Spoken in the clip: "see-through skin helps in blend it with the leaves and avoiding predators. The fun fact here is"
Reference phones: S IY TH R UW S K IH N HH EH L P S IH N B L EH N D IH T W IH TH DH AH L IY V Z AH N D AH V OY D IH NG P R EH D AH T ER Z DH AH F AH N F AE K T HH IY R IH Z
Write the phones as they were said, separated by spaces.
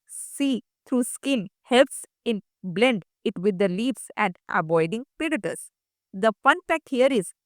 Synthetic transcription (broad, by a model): S IY T R UW S K IH N HH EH L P S IH N B L EH N D IH T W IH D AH L IY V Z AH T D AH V OY D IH NG P EH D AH T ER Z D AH F AH N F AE K T HH IY R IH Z